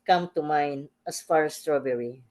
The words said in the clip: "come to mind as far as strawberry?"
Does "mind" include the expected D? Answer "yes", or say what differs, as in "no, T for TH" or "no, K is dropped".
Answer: no, D is dropped